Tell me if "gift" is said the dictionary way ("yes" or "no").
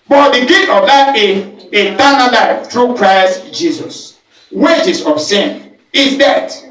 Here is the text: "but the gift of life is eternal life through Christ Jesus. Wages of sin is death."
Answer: no